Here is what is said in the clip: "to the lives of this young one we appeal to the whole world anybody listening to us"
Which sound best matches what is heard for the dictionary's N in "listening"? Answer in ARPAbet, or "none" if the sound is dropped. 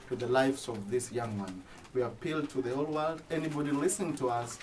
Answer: none